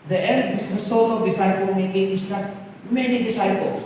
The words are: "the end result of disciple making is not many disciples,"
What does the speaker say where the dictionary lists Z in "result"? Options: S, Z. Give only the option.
S